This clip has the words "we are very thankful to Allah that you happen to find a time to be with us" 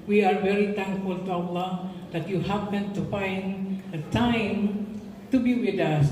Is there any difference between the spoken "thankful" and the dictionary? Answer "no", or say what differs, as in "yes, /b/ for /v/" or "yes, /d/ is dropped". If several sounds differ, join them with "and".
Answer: yes, /t/ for /θ/